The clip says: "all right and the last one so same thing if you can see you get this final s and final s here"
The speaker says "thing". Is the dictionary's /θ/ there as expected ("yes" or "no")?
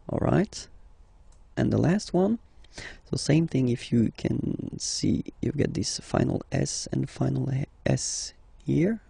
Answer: yes